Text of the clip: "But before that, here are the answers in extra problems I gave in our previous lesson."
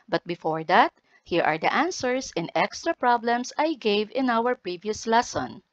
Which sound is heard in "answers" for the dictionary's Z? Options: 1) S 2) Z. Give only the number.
1